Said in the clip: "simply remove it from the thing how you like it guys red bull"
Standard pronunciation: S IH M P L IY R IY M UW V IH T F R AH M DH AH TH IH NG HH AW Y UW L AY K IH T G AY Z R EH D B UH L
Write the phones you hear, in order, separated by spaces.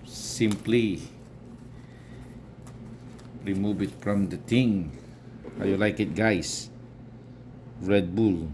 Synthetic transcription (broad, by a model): S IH M P L IY R IY M UW V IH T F R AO M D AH T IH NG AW Y UW L AY K IH T G AY S R EH D B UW L